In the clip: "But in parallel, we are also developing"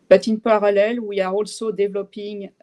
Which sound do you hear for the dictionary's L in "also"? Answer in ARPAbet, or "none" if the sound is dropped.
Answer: L